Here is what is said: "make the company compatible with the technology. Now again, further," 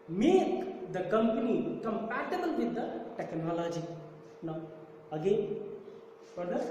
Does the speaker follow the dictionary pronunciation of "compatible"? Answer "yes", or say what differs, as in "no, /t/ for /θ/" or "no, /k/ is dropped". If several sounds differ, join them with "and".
no, /p/ is dropped